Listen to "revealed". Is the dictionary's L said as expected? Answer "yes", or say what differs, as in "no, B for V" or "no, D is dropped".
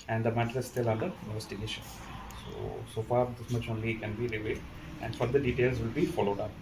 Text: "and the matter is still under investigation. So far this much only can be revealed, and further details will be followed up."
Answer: no, L is dropped